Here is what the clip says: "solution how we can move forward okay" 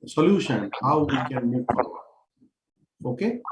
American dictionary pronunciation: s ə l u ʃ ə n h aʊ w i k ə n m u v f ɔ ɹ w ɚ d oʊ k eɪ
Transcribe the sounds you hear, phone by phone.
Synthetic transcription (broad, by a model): s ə l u ʃ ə n h aʊ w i k ə n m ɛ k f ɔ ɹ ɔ oʊ k eɪ